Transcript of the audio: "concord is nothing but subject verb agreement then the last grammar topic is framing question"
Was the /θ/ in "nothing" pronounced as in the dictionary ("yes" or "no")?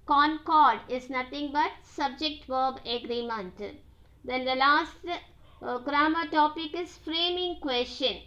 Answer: no